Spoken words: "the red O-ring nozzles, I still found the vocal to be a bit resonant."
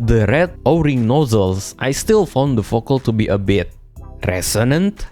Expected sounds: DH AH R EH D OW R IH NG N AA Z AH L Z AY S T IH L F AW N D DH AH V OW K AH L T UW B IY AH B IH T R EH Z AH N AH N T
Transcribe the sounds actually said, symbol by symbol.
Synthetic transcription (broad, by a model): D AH R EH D OW R IH NG N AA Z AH L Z AY S T IH L F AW N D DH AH F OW K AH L T UW B IY AH B IH T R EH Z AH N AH N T